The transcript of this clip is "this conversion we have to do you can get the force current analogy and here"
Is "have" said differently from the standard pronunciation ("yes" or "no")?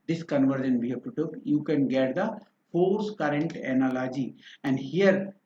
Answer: yes